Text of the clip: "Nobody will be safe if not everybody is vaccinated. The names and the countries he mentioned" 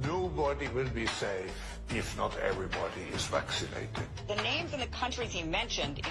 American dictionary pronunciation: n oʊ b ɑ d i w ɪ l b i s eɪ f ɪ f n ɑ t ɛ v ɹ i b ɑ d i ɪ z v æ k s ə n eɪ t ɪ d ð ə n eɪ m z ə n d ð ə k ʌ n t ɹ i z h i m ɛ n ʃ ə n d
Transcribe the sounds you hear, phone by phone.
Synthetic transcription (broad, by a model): n oʊ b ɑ d i w ɪ l b i s eɪ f ɪ f n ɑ t ɛ v ɹ i b ɑ d i ɪ z v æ k s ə n eɪ t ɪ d ð ə n eɪ m z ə n ð ə k ʌ n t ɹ i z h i m ɛ n ʃ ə n d